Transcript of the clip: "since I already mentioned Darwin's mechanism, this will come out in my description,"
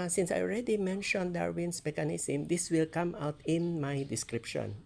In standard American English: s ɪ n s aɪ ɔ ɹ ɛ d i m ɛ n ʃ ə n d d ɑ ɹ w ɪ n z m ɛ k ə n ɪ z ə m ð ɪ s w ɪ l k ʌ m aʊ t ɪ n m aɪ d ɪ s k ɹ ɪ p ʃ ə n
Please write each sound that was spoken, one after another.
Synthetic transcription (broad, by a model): s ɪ n s aɪ ɔ ɹ ɛ d i m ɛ n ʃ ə n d d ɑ ɹ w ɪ n s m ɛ k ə n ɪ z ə m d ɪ s w ɪ l k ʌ m aʊ t ɪ n m aɪ d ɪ s k ɹ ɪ p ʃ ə n